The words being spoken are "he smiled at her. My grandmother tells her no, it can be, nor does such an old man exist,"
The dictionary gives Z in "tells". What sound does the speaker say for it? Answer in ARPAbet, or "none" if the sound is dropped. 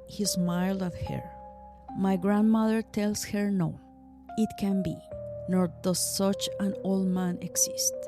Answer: S